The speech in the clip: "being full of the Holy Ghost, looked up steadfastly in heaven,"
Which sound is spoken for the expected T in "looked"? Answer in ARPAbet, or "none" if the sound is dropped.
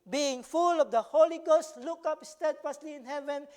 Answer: none